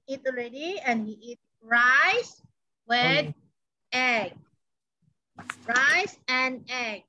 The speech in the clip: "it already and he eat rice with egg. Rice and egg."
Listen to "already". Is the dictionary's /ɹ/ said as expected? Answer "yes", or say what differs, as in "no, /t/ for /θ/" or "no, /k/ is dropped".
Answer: no, /ɹ/ is dropped